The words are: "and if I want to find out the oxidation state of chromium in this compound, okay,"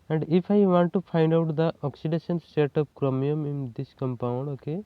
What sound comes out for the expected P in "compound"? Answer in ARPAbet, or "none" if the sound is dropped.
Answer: P